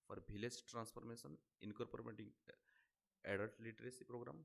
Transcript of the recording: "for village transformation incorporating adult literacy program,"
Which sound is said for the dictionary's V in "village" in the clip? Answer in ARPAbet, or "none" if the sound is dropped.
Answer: B